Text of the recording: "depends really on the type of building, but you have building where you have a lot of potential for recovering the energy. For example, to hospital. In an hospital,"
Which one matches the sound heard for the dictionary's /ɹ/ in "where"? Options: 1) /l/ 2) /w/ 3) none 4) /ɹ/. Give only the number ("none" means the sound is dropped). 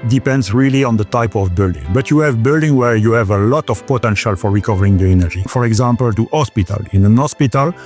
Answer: 4